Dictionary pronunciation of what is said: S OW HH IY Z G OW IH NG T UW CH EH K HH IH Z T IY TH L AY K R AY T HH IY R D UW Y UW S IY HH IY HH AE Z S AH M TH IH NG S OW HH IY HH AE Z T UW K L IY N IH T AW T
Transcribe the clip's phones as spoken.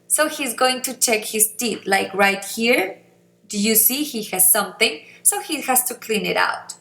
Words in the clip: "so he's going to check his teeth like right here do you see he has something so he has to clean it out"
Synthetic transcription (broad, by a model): S OW HH IY Z G OW IH NG T UW CH EH K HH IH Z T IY T L AY K R AY T HH IY R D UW Y UW S IY HH IY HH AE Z S AH M TH IH NG S OW HH IY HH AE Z T UW K L IY N IH T AW T